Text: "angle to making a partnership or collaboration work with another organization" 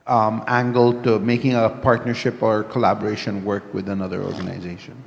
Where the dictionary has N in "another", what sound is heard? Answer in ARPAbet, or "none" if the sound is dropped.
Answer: N